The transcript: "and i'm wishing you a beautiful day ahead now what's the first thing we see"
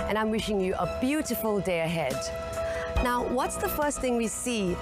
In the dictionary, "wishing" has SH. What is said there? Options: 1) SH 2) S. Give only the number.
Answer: 1